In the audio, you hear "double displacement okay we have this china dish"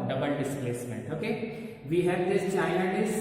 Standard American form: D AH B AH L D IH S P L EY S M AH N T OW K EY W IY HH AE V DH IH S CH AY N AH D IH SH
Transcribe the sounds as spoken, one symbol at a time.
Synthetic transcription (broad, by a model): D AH B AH L D IH S P L EY S M AH N T OW K EY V IY HH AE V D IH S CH AY AH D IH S